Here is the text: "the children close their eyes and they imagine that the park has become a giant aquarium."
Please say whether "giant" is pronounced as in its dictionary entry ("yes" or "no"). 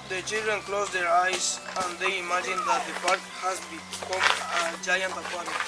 yes